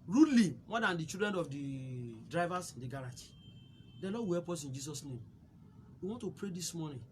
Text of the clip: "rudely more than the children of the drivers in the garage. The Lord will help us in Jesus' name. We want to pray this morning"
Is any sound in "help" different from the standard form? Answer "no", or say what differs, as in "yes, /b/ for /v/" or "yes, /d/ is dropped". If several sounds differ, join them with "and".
yes, /l/ is dropped